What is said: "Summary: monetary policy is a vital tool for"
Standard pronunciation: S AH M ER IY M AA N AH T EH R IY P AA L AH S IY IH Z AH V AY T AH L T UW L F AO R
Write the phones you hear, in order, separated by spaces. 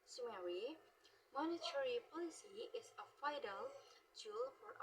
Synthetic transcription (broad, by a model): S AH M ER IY M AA N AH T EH R IY P AA L AH S IY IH S AH F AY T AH L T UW L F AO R